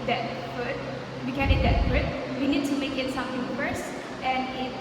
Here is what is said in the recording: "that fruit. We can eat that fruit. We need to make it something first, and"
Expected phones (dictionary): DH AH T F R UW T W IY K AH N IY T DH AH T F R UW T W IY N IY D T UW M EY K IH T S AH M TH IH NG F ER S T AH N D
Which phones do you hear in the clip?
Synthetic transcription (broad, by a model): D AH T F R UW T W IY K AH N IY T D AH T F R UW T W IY N IY D T UW M EY K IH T S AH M T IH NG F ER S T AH N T